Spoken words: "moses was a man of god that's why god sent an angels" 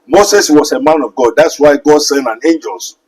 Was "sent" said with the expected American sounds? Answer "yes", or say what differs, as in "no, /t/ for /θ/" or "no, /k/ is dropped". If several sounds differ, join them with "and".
no, /t/ is dropped